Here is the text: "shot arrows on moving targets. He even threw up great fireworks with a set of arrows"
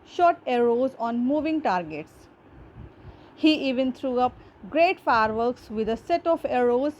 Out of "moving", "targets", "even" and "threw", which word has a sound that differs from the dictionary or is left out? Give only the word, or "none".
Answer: threw